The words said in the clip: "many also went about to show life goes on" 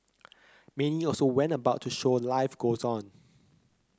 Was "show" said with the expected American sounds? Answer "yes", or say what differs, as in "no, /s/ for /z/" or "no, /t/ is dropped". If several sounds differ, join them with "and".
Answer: yes